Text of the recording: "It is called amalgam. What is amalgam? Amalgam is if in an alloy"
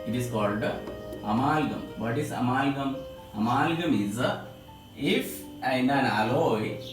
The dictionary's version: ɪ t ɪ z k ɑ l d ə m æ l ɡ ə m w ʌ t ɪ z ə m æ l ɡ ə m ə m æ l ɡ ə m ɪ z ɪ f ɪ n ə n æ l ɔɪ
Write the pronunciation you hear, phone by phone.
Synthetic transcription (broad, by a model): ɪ t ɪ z k ɑ l d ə m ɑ l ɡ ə m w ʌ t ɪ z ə m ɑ l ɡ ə m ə m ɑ l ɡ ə m ɪ z ɪ f ɪ n ə n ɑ l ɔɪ